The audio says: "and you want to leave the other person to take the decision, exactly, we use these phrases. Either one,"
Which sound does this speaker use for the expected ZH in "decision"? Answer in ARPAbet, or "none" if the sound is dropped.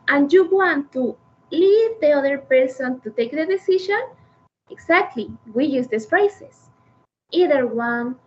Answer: SH